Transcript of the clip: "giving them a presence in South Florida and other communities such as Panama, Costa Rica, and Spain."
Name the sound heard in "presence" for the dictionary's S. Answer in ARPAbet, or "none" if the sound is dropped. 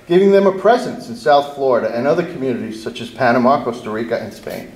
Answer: S